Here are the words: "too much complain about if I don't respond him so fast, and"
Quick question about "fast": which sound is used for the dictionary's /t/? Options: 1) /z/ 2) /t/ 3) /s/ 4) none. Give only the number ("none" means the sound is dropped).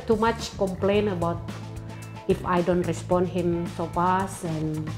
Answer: 4